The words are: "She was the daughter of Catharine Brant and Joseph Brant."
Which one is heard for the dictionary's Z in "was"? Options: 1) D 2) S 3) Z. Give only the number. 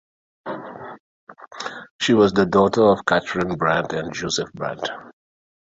3